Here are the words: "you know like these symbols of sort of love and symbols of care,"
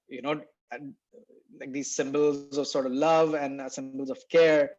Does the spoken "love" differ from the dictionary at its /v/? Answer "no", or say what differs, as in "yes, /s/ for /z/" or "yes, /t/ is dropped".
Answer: no